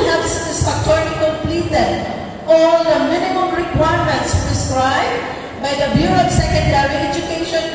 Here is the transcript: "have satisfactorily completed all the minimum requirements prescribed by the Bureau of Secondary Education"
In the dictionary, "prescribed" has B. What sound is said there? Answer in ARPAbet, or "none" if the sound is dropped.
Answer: B